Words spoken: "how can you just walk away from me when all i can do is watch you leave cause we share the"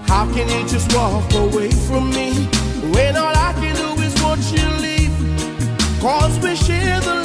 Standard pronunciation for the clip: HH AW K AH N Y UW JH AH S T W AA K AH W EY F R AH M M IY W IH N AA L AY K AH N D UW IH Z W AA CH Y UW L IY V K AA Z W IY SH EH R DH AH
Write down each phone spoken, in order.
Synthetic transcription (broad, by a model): HH AW K AH N Y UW JH AH S T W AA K AH W EY F R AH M M IY W IH N AA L AY K AH N D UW IH Z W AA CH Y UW L IY V K AA Z W IY SH EH R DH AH